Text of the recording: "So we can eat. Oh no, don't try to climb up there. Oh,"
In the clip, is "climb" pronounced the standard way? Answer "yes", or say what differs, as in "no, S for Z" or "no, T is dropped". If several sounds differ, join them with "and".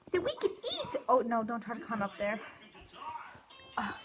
no, L is dropped